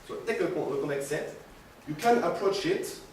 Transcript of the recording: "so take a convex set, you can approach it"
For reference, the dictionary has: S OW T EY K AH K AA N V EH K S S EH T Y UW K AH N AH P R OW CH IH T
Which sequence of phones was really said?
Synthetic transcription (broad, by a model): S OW T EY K AH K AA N EH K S S EH T Y UW K AH N AH P R OW CH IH T